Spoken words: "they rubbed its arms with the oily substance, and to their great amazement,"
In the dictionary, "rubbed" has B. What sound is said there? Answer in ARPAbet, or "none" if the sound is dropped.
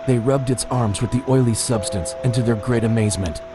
B